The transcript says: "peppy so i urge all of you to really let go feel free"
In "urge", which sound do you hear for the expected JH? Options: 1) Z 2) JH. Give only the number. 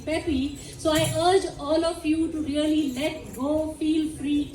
2